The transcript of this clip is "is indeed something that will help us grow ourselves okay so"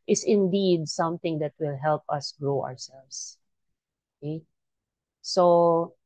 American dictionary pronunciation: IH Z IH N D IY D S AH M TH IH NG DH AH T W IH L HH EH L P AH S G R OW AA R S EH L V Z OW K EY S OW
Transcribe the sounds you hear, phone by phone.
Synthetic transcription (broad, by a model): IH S IH N D IY D S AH M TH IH NG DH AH T W IH L HH EH L P AH S G R OW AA R S EH L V S OW K EY S OW